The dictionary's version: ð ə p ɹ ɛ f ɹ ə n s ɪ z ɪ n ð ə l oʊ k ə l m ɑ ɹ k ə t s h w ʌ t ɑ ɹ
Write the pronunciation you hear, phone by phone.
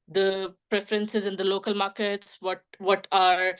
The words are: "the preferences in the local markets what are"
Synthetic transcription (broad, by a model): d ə p ɹ ɛ f ɹ ə n s ɪ z ɪ n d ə l oʊ k ə l m ɑ ɹ k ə t s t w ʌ t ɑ ɹ